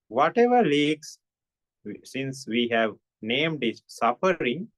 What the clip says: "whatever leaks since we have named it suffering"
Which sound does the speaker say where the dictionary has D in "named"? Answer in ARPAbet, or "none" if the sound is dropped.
D